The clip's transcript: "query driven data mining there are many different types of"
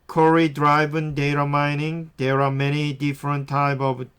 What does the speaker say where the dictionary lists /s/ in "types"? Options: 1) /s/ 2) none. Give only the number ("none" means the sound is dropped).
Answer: 2